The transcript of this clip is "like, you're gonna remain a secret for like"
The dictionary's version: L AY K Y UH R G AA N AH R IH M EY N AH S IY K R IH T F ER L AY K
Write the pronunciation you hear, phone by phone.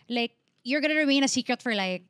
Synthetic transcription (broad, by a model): L AY K Y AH R G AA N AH R IH M EY N AH S IY K R IH T F ER L AY K